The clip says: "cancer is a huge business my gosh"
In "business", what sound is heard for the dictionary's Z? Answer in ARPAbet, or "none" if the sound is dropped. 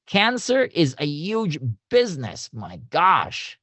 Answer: Z